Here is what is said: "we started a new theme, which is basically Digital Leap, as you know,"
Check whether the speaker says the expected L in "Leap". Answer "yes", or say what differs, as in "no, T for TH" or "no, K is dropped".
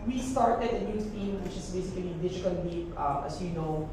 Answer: no, W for L